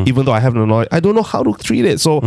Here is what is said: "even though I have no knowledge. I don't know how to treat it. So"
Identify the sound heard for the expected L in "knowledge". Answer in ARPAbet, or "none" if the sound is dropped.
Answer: none